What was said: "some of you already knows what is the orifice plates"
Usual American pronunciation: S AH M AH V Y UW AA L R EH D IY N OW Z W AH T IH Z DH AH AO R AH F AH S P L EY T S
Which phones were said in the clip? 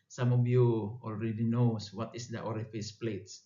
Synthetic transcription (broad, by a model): S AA M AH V Y UW AA L R EH D IY N OW S W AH T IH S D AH AO R AH F AH S P L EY T S